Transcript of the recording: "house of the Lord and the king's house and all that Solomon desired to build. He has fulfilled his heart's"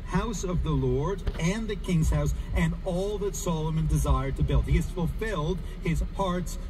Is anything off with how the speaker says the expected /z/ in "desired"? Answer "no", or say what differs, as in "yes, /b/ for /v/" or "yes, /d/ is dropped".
no